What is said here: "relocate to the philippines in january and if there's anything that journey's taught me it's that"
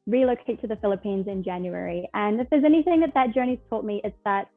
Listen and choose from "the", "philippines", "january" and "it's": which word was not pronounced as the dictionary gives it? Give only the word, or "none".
none